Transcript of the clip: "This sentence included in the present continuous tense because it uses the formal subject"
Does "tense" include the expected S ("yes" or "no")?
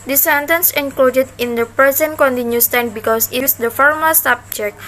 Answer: no